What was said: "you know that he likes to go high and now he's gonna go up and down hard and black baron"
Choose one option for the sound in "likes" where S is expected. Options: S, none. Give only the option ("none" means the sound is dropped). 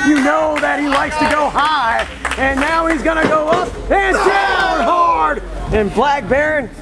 S